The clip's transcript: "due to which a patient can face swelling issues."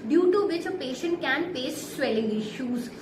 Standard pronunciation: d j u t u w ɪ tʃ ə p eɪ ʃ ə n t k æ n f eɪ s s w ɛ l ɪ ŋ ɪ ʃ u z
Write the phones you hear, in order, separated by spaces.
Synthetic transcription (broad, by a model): d j u t u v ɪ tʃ ə p eɪ ʃ ə n t k æ n p eɪ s s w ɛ l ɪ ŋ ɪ ʃ u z